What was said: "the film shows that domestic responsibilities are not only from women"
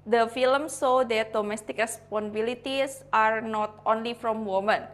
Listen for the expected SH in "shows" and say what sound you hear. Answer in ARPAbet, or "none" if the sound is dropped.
S